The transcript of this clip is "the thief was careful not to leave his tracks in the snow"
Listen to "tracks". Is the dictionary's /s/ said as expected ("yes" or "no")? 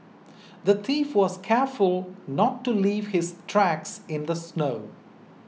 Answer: yes